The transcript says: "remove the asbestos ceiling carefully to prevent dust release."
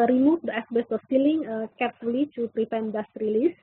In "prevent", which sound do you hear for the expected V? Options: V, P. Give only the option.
P